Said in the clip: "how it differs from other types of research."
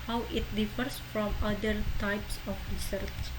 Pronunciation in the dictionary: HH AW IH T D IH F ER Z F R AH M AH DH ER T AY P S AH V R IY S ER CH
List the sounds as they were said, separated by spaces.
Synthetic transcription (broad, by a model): HH AW IH T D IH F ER S F R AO M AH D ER T AY P S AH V R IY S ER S